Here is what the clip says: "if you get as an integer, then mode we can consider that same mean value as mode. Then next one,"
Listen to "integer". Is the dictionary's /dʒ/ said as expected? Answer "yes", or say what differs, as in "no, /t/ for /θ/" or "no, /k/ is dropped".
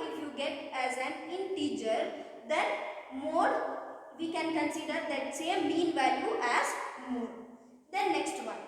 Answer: no, /tʃ/ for /dʒ/